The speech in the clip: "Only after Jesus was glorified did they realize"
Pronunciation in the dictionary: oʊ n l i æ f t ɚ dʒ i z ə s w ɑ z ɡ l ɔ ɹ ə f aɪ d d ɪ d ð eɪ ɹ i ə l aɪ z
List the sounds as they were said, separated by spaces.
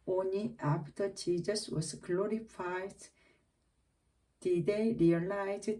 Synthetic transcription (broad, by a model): oʊ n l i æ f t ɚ tʃ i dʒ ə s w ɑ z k l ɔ ɹ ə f aɪ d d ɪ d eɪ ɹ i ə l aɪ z